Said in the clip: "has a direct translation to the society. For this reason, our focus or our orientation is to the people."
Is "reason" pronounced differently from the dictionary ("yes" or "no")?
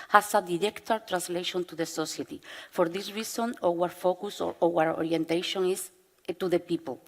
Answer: yes